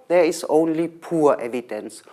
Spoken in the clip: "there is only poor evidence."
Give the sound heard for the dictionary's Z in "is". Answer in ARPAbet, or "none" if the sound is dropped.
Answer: S